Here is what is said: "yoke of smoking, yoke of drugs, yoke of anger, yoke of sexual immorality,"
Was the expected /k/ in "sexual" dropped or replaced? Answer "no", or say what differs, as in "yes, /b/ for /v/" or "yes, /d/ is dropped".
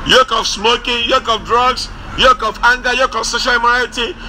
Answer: yes, /k/ is dropped